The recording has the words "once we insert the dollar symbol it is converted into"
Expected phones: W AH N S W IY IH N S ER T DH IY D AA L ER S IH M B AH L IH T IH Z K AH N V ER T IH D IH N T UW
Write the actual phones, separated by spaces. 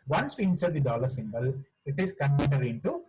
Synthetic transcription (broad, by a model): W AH N S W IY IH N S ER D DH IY D AA L ER S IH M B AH L IH T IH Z K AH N ER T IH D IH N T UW